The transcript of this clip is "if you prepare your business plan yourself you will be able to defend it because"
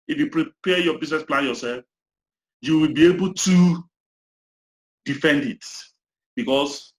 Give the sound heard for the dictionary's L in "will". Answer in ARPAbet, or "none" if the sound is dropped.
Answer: L